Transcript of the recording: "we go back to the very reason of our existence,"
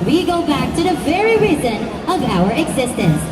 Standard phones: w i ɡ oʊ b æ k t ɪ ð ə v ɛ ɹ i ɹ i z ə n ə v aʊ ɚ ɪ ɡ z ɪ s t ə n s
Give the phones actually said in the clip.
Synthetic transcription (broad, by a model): w i ɡ oʊ b æ k t ɪ ð ə v ɛ ɹ i ɹ i z ə n ə v aʊ ɚ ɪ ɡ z ɪ s t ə n s